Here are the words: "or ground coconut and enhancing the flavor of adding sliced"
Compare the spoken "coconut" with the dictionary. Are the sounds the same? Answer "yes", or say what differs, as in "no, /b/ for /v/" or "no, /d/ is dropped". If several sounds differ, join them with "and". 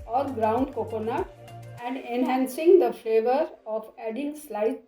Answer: no, /t/ is dropped